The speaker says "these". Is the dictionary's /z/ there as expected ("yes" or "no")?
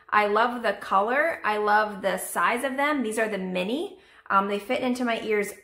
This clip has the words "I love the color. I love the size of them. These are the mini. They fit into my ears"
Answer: yes